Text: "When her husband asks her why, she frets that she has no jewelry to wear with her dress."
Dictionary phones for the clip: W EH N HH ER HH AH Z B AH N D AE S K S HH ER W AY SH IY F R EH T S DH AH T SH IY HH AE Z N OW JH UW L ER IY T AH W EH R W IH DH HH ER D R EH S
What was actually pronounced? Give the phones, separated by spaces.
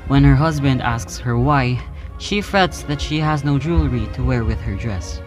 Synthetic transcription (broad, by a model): W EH N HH ER HH AH Z B AH N D AE S K S HH ER W AY SH IY F R EH T S DH AH T SH IY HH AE Z N OW JH UW L ER IY T AH W EH R W IH DH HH ER D R EH S